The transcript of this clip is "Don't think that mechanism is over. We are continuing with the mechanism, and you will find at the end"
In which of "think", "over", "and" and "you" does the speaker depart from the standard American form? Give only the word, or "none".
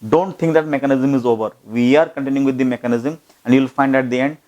think